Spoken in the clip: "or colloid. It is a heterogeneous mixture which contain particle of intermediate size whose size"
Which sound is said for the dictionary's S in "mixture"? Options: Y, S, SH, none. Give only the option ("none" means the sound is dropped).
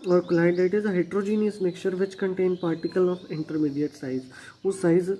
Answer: none